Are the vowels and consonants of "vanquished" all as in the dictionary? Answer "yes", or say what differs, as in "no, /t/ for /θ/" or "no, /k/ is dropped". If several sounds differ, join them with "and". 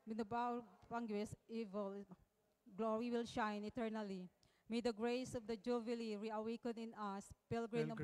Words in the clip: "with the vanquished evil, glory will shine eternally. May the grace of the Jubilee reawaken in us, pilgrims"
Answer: no, /p/ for /v/